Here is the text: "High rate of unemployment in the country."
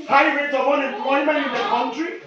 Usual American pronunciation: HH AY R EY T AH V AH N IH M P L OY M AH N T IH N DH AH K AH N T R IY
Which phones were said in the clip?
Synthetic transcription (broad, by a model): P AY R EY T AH W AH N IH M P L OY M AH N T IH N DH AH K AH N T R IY